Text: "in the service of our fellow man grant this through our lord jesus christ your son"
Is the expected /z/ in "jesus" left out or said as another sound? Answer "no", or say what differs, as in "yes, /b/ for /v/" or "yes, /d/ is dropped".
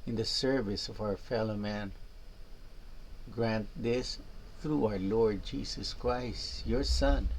yes, /s/ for /z/